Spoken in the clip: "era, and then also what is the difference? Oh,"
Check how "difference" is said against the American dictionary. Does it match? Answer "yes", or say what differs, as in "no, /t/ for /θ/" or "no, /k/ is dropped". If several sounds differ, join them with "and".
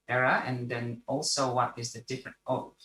no, /s/ is dropped